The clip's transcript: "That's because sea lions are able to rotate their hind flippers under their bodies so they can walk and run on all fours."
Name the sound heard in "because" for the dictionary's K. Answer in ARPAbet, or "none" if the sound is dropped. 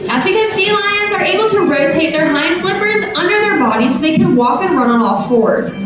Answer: K